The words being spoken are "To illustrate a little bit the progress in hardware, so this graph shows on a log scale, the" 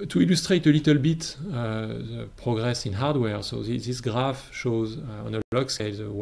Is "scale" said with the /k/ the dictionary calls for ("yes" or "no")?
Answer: no